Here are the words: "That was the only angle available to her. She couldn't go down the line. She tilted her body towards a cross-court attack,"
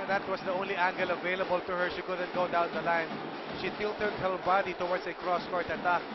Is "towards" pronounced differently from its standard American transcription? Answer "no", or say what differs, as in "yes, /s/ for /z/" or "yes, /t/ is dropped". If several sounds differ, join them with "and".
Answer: yes, /s/ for /z/